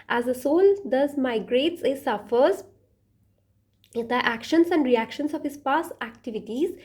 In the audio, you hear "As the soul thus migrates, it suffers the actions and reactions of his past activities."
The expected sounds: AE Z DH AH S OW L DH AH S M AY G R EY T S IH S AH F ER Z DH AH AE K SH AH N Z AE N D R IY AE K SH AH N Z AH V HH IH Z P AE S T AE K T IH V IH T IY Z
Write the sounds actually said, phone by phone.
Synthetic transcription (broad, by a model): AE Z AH S OW L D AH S M AY G R EY T S IH S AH F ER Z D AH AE K SH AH N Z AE N D R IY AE K SH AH N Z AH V HH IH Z P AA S AE K T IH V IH T IY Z